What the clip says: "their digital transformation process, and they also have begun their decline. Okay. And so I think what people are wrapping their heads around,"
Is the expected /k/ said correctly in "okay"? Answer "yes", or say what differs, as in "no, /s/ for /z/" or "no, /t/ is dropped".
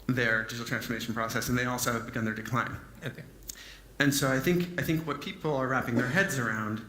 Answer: no, /k/ is dropped